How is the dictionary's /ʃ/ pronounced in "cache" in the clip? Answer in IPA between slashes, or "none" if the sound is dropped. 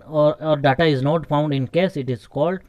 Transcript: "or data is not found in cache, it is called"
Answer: /s/